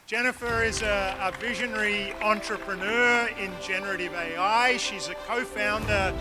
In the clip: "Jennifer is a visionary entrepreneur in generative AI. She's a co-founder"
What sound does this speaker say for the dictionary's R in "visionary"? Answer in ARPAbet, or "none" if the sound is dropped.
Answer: R